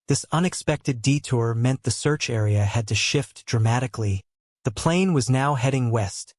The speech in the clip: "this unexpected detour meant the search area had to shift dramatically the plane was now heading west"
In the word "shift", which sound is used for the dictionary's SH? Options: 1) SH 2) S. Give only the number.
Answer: 1